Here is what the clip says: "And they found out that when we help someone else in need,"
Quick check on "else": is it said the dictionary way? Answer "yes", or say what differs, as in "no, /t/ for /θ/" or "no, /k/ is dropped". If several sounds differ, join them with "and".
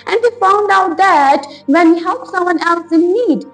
yes